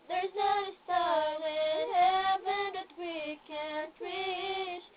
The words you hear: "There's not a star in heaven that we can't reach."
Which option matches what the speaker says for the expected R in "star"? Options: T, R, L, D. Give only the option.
L